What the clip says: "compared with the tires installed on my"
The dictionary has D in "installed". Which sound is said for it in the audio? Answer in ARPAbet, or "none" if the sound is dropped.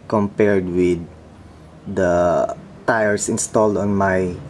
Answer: D